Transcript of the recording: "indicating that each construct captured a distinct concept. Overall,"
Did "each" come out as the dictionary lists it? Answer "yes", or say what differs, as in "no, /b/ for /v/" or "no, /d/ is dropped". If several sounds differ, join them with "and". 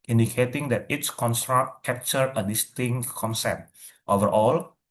no, /s/ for /tʃ/